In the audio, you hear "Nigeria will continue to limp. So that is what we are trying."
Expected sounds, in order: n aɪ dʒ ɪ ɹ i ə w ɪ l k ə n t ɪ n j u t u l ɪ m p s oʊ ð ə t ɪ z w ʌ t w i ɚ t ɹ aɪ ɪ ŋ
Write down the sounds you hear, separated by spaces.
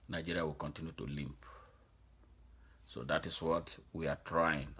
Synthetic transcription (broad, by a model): n aɪ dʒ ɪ ɹ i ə w ɪ l k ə n t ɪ n j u t u l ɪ m p s oʊ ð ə t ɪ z w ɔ t w i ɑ t ɹ aɪ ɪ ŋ